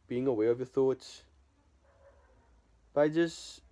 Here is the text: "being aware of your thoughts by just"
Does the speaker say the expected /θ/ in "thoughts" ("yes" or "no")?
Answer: yes